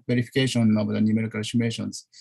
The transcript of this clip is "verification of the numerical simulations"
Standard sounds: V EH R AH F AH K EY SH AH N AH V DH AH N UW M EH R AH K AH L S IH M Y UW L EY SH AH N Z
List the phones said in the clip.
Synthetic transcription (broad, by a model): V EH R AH F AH K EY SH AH N AH V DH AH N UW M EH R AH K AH N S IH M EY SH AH N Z